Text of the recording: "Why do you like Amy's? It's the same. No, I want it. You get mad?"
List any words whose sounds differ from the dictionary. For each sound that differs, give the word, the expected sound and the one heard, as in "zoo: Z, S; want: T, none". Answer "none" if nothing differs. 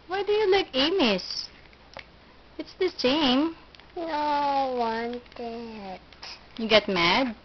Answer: amy's: Z, S